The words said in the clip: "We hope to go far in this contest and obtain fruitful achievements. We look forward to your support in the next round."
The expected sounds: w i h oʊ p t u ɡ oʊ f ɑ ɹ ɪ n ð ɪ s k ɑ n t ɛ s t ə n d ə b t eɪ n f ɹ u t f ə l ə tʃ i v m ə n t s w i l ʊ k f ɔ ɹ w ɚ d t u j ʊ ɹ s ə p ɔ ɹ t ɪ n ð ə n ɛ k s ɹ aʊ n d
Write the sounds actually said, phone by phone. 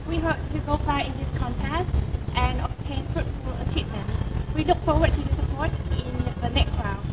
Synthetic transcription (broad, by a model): w i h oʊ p t u ɡ oʊ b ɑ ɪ ɪ n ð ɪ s k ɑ n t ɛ s t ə n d ə b t eɪ n f ɹ u t f ə l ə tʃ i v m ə n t w i l ʊ k f ɔ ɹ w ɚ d t u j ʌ s ə p ɔ ɹ t ɪ n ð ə n ɛ k s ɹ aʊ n